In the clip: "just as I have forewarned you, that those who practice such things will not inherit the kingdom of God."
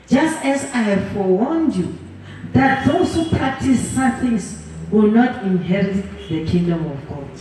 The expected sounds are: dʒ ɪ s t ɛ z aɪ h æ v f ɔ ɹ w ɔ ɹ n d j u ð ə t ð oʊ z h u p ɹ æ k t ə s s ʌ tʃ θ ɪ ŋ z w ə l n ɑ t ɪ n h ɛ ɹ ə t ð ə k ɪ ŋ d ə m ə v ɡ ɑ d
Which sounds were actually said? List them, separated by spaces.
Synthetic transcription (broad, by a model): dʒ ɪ s t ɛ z aɪ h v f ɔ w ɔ n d j u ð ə t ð oʊ s h u p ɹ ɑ k t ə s s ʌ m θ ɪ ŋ s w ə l n ɑ t ɪ n h ɛ ɹ ə t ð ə k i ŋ d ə m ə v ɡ ɑ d